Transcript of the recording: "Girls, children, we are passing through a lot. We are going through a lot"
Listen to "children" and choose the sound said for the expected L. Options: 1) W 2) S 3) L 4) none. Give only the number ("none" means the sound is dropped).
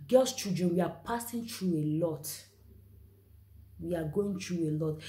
4